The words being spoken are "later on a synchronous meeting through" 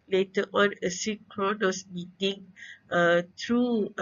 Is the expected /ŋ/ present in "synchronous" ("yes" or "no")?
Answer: no